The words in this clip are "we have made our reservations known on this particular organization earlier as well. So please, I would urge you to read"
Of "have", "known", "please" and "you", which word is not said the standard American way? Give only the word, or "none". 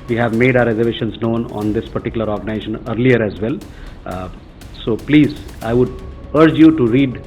none